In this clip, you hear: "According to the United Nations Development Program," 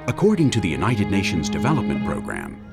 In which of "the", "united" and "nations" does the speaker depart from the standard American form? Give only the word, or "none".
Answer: none